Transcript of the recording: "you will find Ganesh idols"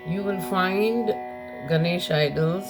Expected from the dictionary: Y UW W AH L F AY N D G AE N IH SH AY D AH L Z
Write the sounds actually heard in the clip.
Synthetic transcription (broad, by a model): Y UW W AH N F AY N D G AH N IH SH AY D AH L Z